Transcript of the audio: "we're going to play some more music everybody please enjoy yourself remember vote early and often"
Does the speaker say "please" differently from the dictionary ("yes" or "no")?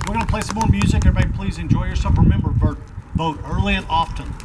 no